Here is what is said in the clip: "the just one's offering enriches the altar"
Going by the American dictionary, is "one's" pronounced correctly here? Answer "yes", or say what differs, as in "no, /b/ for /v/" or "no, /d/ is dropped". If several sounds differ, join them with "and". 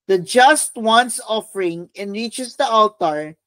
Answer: no, /s/ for /z/